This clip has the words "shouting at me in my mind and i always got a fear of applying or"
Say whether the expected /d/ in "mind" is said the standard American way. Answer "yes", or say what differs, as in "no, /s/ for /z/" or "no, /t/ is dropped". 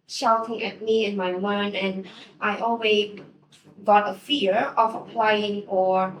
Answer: no, /d/ is dropped